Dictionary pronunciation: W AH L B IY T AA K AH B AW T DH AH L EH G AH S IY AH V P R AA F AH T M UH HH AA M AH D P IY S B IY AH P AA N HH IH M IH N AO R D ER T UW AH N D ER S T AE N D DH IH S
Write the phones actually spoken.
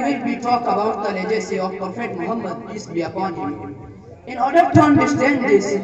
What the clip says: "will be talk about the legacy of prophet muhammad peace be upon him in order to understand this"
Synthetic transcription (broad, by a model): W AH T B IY T AA K AH B AW T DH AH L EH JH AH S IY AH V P AA F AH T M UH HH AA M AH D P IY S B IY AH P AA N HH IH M IH N AO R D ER T UW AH N D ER S T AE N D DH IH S